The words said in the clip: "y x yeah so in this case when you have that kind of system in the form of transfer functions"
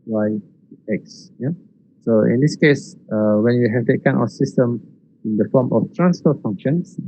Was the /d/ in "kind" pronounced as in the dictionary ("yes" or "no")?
no